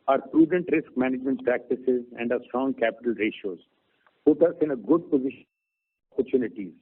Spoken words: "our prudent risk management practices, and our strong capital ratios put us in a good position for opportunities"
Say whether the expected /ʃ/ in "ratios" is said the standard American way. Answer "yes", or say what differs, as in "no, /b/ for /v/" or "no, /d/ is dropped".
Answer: yes